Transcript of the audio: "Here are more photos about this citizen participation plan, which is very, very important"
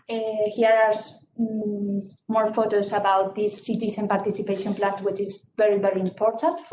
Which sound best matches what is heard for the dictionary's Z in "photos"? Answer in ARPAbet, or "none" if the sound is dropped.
S